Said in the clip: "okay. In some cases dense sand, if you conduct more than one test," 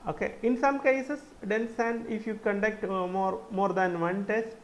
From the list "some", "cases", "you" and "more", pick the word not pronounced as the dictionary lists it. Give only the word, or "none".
cases